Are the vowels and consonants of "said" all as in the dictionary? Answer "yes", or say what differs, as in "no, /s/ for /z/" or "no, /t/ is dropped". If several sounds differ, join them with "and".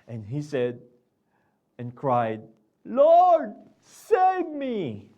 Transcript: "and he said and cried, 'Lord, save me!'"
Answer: yes